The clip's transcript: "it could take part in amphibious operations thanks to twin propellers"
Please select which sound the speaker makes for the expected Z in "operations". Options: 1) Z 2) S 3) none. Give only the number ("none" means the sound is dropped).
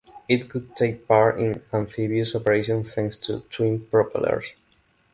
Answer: 3